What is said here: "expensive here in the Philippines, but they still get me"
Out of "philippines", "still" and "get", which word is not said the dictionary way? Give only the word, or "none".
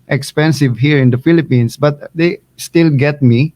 philippines